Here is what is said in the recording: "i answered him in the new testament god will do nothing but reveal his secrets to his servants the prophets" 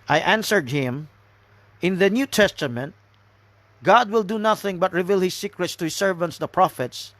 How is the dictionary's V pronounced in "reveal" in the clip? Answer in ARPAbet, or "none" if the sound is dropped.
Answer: V